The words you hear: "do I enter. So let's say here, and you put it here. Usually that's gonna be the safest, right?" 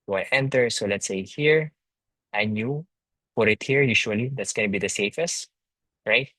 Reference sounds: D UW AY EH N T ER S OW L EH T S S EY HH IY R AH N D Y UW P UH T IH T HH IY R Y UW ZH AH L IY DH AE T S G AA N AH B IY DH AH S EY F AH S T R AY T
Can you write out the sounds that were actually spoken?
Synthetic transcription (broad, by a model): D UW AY EH N T ER S OW L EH T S S EY HH IY R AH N Y UW F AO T IH T HH IY R Y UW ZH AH L IY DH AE T S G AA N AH B IY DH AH S EY F AH S T R AY T